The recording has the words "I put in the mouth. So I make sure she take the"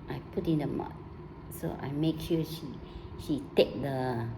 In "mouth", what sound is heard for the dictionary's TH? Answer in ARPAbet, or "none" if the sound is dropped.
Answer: T